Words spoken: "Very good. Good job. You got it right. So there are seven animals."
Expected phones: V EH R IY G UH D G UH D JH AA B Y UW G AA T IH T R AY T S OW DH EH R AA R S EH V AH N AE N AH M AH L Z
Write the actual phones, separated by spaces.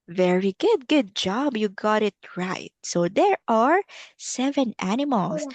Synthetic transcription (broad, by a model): V EH R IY G UH D G UH D JH AA B Y UW G AA T IH T R AY T S OW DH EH R AA R S EH V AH N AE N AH M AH L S